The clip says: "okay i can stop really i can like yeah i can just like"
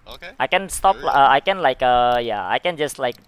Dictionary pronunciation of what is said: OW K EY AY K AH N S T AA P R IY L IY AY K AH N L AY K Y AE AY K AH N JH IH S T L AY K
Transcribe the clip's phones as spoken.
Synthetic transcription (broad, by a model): AY K AH N S T AA P L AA IY AY K AH N L AY K Y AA AY K AH N JH IH S T L AY K